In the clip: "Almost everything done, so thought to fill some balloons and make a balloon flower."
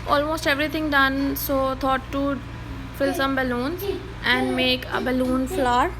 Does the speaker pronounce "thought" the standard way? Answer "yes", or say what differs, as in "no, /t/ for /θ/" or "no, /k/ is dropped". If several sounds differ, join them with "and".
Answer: no, /t/ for /θ/